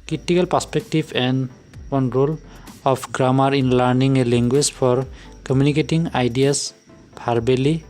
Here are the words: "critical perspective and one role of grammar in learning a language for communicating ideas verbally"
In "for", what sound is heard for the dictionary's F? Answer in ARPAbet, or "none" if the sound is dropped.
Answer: P